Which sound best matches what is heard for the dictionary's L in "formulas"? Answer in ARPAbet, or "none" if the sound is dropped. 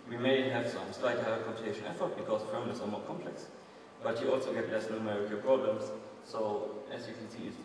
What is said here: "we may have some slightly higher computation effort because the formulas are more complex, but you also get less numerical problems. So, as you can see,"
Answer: N